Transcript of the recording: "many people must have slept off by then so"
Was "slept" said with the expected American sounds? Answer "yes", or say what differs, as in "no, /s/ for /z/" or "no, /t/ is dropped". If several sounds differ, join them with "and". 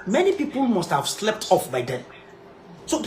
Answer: yes